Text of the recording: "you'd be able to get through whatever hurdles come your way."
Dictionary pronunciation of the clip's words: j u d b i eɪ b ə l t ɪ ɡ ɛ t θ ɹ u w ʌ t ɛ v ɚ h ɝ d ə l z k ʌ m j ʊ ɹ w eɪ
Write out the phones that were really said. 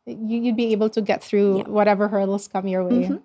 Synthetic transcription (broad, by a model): j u d b i eɪ b l t ɪ ɡ ɛ t θ ɹ u w ʌ t ɛ v ɚ h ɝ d l s k ʌ m j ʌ ɹ w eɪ